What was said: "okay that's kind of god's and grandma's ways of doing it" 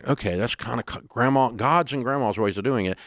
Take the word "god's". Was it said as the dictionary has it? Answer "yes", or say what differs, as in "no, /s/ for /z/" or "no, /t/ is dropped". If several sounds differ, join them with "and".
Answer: yes